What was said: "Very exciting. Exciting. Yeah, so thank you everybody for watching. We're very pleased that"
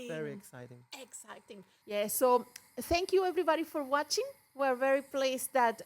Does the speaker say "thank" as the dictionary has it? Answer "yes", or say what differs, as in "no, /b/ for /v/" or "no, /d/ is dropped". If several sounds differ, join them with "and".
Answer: yes